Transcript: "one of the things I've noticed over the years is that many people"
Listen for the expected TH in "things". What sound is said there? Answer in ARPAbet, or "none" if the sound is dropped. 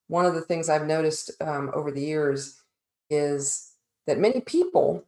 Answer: TH